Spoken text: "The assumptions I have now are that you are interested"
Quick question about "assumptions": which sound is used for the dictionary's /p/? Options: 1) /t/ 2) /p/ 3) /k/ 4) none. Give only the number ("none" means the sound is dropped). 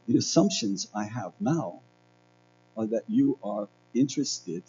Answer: 2